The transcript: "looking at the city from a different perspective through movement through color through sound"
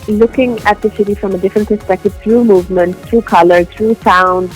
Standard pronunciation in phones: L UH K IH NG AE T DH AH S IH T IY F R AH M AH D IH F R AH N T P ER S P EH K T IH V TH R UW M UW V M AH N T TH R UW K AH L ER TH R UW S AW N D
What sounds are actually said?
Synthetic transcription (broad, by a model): L UH K IH NG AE T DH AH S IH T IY F R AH M AH D IH F R AH N T P ER S P EH K T IH V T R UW M UW V M AH N T T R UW K AH L ER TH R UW S AW N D